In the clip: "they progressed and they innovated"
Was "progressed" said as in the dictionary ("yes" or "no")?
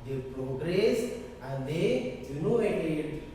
no